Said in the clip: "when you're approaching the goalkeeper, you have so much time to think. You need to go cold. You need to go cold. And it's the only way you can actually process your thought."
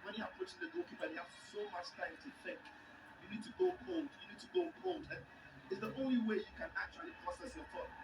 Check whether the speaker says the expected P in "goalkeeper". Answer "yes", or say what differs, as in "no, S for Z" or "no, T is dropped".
no, B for P